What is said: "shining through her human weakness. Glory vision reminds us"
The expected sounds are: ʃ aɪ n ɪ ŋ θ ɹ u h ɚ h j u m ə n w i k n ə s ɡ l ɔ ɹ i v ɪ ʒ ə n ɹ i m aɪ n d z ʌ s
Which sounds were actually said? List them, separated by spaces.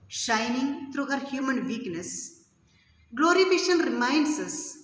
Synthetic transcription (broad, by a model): ʃ aɪ n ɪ ŋ t ɹ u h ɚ h j u m ə n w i k n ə s ɡ l ɔ ɹ i f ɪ ʃ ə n ɹ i m aɪ n d s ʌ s